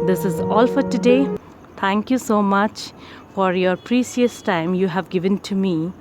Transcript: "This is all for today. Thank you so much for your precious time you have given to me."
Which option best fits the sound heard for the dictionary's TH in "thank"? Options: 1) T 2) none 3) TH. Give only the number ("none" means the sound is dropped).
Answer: 1